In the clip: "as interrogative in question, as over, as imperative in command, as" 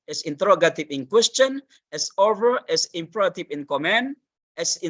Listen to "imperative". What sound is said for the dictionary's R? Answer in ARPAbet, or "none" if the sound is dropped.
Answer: none